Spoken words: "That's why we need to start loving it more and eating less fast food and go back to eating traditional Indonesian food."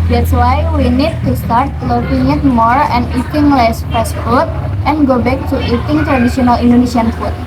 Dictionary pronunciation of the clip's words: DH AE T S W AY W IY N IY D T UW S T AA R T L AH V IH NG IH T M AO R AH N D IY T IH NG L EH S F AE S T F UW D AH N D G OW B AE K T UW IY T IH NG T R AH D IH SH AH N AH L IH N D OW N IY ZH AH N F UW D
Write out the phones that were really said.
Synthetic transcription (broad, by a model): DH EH T S W AY W IY N IY D T UW S T AA R T L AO P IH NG IH T M AO R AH N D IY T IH NG L EH S P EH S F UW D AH N G OW B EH K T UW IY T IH NG T R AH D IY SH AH N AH L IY N D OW N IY S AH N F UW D